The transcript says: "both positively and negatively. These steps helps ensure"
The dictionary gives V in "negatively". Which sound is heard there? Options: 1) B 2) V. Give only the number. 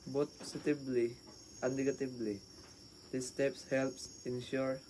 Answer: 1